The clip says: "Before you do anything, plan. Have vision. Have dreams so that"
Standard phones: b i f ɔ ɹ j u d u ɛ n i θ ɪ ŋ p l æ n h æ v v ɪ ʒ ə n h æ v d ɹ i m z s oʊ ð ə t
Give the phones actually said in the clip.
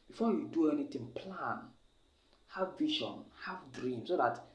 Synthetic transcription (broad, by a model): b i f ɔ j u d u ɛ n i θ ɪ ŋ p l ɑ n h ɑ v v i ʃ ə n h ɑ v d ɹ i m s oʊ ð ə t